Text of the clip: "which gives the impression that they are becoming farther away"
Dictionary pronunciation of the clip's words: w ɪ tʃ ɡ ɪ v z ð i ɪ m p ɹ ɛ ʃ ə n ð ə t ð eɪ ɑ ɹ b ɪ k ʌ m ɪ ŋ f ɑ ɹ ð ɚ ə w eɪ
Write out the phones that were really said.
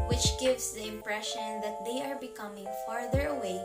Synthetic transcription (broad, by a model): w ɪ tʃ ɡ ɪ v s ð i ɪ m p ɹ ɛ ʃ ə n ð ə t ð eɪ ɑ ɹ b ɪ k ʌ m ɪ ŋ f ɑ ɹ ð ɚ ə w eɪ